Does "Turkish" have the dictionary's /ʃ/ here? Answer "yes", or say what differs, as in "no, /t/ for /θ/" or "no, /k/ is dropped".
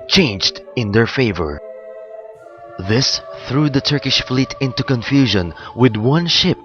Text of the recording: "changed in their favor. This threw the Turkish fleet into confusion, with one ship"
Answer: yes